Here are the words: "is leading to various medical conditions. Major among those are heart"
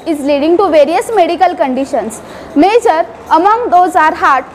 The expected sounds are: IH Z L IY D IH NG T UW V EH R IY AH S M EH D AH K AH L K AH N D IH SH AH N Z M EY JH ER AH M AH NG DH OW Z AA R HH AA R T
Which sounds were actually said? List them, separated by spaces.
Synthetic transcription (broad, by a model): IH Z L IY D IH NG T UW V EH R IY AH S M EH D AH K AH L K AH N D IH SH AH N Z M EY JH ER AH M AH NG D OW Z AA R HH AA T